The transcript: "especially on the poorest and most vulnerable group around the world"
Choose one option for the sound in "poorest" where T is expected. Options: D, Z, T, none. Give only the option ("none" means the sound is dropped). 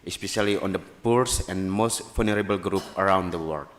none